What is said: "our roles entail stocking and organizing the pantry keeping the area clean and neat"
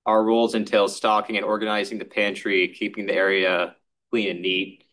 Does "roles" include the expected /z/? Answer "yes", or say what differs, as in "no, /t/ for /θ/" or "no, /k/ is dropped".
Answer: yes